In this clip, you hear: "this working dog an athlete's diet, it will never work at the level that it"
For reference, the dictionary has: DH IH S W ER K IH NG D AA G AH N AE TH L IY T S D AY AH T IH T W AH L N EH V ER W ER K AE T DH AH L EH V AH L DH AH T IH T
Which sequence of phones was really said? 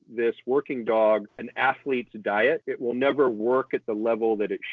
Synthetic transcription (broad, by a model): DH IH S W ER K IH NG D AA G AH N AE TH L IY T S D AY AH T IH T W AH L N EH V ER W ER K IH T DH AH L EH V L DH AH T IH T